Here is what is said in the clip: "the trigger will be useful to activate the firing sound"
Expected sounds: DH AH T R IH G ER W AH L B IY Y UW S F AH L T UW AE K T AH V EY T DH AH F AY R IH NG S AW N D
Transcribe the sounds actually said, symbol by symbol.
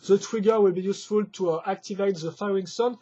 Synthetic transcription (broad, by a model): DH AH T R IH G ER W AH L B IY Y UW S F AH L T UW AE K T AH V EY T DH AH F AY R IH NG S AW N